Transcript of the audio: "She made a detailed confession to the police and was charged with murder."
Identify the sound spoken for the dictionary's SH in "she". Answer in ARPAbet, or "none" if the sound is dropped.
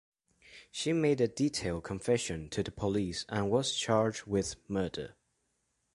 SH